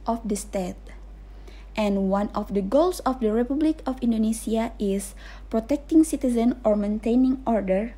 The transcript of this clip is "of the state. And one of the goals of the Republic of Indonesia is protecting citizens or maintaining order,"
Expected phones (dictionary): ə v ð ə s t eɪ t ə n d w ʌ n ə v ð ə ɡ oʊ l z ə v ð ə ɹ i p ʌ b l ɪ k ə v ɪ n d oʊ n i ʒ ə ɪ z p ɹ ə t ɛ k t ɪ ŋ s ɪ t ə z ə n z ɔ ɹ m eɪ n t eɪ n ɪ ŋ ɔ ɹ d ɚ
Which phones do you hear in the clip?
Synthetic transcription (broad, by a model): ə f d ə s t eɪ t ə n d w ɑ n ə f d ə ɡ oʊ l s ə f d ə ɹ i p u b l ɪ k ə f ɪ n d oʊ n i s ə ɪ s p ɹ ə t ɛ k t ɪ ŋ s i t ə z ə n ɔ ɹ m eɪ n t eɪ n ɪ ŋ ɔ ɹ d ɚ